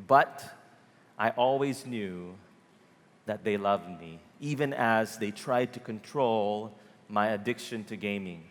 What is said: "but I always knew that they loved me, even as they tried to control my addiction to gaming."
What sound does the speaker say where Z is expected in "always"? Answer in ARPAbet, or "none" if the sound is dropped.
Z